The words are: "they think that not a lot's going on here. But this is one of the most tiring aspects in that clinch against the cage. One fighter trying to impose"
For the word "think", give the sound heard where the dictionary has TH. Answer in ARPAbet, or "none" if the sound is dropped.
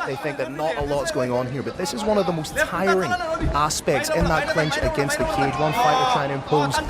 TH